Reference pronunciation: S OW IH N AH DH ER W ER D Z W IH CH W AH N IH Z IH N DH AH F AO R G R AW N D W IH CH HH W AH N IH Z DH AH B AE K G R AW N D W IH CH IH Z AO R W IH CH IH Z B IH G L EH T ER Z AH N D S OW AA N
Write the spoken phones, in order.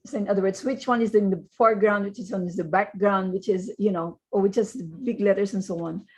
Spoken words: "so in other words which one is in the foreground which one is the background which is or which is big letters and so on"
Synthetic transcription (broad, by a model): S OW IH N AH DH ER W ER D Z W IH CH W AH N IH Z IH N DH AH F AO R G R AW N D W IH CH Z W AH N IH Z DH AH B AE K G R AW N D W IH CH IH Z AO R W IH CH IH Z B IH G L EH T ER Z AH N S OW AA N